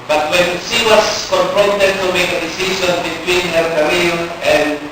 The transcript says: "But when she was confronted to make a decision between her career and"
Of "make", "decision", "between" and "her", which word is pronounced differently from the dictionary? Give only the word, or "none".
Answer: decision